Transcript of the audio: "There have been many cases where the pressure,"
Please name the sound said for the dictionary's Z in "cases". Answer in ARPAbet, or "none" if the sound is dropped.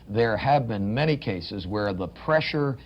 Z